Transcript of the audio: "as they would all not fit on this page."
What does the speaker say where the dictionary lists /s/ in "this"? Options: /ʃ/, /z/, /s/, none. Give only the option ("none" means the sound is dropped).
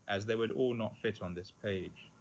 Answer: /s/